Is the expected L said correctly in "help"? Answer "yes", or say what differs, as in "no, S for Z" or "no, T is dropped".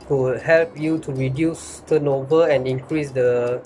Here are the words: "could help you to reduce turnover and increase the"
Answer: yes